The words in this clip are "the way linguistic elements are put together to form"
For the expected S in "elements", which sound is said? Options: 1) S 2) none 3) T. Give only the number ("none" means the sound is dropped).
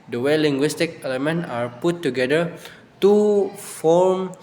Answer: 2